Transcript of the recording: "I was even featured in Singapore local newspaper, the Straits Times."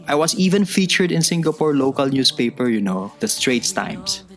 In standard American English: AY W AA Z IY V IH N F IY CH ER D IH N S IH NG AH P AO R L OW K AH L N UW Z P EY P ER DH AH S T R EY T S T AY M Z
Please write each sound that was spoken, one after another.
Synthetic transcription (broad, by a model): AY W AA S IY V IH N F IY CH ER D IH N S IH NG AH P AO R L OW K AH L N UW S P EY P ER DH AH S T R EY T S T AY M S